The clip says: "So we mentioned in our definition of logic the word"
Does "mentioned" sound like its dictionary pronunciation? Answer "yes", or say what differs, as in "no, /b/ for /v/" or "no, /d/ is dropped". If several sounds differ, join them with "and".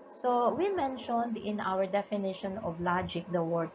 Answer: yes